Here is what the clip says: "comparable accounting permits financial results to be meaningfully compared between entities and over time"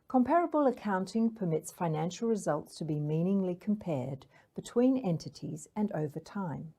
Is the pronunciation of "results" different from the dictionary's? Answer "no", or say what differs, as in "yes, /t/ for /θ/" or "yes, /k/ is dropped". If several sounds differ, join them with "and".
no